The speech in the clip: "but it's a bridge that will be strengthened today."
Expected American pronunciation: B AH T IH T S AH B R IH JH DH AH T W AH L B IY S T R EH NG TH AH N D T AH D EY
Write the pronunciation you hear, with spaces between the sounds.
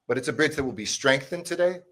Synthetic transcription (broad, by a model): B AH T IH T S AH B R IH JH DH AH T W AH L B IY S T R EH NG TH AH N T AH D EY